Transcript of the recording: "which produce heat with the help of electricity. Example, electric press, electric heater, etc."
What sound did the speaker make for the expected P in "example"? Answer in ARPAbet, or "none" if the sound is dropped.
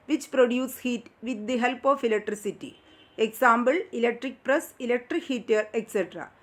B